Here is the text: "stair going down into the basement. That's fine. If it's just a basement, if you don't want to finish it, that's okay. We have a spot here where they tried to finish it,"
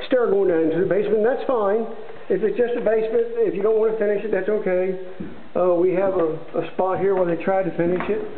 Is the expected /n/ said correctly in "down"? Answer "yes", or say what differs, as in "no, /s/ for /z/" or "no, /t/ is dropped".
no, /n/ is dropped